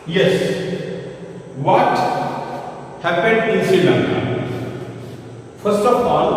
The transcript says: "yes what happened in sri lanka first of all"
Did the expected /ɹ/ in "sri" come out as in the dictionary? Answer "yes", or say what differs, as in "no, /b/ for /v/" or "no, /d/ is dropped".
no, /ɹ/ is dropped